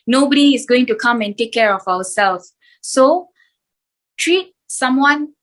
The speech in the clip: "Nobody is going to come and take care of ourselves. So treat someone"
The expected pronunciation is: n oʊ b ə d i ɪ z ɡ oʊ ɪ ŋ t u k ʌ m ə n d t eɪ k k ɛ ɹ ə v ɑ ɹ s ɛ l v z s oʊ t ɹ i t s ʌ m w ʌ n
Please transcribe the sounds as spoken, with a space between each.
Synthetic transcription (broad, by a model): n oʊ b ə d i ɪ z ɡ oʊ ɪ ŋ t u k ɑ m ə n t eɪ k k ɛ ɹ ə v ɑ w s ɛ l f s oʊ t ɹ i t s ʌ m w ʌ n